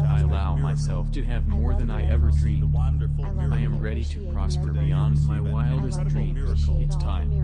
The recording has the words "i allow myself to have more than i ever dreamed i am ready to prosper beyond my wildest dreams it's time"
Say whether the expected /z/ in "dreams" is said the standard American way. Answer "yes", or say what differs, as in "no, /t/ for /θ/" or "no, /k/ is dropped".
no, /z/ is dropped